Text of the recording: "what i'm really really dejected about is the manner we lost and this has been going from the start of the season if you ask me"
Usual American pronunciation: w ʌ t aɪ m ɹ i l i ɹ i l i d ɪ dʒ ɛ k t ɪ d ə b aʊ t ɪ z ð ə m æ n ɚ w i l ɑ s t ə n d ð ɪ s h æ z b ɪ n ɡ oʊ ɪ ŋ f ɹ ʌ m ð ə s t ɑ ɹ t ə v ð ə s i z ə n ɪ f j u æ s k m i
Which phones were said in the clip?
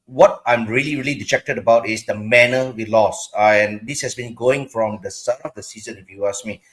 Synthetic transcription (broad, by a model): w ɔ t aɪ m ɹ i l i ɹ i l i d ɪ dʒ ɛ k t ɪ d ə b aʊ t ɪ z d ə m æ n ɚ w i l ɑ s ə n d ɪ s h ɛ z b ɪ n ɡ oʊ ɪ ŋ f ɹ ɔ m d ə s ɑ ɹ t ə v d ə s i z ə n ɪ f j u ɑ s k m i